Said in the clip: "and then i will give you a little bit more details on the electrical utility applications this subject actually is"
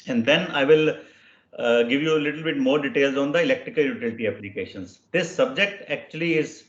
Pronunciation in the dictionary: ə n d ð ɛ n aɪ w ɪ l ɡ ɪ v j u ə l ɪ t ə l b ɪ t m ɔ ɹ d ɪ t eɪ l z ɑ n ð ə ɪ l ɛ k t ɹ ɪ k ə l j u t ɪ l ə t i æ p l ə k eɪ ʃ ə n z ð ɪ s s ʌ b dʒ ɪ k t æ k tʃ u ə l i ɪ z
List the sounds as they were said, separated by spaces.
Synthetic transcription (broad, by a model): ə n d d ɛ n aɪ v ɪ l ɡ ɪ v j u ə l ɪ t ə l b ɪ t m ɔ ɹ d ɪ t eɪ l z ɑ n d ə ɪ l ɛ k t ɹ ɪ k ə l j u t ɪ l ə t i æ p l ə k eɪ ʃ ə n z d ɪ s s ʌ b dʒ ɪ k t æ k tʃ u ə l i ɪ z